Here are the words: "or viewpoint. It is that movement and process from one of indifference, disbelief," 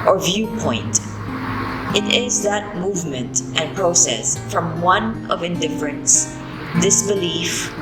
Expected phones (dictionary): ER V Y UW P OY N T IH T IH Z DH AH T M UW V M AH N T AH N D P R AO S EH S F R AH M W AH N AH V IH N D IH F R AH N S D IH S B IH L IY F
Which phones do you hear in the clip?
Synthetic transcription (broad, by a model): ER V Y UW P OY N T IH T IH Z DH AH T M UW V M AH N T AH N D P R AO S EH S F R AH M W AH N AH V IH N D IH F R AH N S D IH S B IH L IY F